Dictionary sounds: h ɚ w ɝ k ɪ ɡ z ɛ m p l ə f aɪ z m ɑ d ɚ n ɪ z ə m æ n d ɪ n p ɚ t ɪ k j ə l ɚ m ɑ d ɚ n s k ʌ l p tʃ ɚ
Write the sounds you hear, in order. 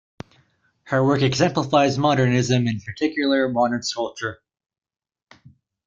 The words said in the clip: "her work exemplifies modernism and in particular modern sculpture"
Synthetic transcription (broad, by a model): h ɚ w ɝ k ɪ ɡ z ɛ m p l ə f aɪ z m ɑ d ɚ n ɪ z ə m ɪ n p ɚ t ɪ k j l ɚ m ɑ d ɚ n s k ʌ l tʃ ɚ